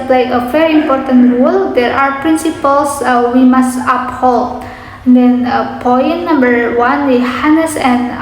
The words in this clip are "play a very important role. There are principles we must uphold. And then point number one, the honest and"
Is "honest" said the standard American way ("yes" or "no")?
no